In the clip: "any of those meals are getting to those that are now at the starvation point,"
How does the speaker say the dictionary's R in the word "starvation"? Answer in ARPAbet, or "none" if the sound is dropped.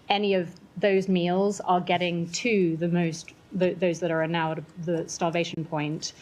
L